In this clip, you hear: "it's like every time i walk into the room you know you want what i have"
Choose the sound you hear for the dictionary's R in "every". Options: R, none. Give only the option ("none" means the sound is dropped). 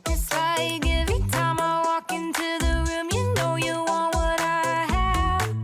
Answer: none